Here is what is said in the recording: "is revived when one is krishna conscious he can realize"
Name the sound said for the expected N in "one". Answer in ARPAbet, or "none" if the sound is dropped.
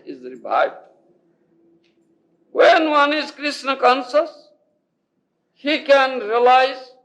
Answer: N